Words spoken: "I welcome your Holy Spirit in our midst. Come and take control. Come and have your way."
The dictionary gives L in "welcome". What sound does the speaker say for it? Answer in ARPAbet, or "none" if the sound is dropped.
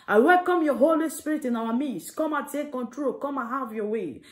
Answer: L